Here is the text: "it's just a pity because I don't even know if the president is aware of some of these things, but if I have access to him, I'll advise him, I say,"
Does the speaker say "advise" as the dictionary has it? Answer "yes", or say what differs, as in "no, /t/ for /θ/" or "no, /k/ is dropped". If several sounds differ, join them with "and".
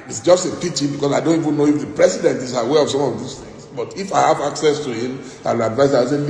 no, /z/ is dropped